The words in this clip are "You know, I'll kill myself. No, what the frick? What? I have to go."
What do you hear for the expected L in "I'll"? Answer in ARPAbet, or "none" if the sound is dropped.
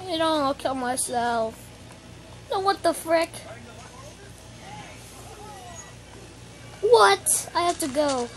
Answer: N